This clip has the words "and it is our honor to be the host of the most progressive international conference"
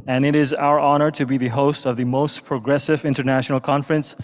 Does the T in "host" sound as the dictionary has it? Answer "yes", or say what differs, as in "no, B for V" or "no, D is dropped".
yes